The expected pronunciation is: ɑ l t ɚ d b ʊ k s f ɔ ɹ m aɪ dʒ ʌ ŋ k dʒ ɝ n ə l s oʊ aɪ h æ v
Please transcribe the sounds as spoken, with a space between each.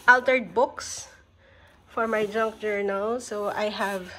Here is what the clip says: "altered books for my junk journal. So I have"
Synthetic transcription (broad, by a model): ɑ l t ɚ d b ʊ k s f ɔ ɹ m aɪ dʒ ʌ ŋ k dʒ ɝ n ə l s oʊ aɪ h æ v